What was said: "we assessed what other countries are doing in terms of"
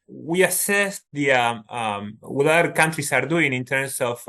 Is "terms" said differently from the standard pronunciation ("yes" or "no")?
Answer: yes